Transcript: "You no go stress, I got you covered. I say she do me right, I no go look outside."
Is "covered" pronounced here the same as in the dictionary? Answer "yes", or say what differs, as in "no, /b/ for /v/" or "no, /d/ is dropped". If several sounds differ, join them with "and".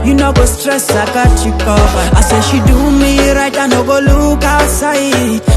no, /v/ is dropped